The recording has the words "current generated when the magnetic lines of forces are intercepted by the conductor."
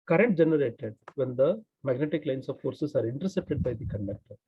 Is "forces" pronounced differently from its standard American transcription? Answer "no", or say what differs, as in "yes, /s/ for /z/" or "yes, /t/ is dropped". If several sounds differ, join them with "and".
yes, /s/ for /z/